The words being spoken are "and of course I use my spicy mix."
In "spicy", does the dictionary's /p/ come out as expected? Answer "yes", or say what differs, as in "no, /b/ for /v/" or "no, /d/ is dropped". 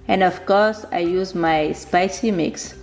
yes